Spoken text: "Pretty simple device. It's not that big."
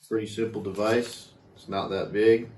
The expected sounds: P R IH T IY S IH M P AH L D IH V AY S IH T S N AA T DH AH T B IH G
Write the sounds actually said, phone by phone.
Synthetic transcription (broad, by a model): P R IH T IY S IH M P L D IH V AY S IH T S N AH T DH AH T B IH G